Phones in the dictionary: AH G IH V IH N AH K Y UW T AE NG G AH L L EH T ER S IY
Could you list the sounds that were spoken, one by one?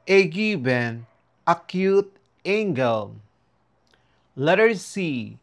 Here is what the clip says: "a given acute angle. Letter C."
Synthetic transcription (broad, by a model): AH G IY B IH N AH K Y UW T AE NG G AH L L EH T ER S IY